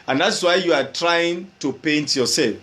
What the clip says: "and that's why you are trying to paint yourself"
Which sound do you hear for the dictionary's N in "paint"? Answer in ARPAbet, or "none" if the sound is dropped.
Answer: N